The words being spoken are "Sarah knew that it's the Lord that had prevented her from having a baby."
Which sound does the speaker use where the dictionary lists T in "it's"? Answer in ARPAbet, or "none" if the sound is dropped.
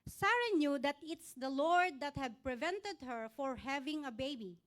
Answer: T